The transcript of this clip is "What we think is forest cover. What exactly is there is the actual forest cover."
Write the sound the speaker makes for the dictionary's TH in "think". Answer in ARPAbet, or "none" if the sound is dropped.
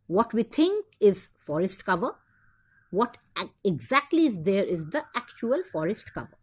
T